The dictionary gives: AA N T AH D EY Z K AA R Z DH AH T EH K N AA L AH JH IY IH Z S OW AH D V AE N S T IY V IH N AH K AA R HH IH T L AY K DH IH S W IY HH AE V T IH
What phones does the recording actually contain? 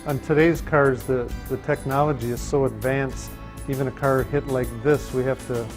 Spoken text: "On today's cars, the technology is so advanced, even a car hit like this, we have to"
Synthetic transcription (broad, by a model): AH N T AH D EY Z K AA R Z DH AH T EH K N AA L AH JH IY IH Z S OW AH D V AE N S T IY V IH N AH K AA R HH IH T L AY K DH IH S W IY HH AE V T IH